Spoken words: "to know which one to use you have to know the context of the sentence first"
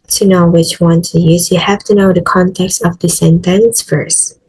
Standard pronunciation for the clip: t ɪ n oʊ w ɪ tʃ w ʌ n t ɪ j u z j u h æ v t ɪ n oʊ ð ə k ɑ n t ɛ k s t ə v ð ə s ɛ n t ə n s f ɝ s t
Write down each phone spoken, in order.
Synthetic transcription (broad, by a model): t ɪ n oʊ w ɪ tʃ w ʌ n t ɪ j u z j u h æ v t ɪ n oʊ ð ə k ɑ n t ɛ k s t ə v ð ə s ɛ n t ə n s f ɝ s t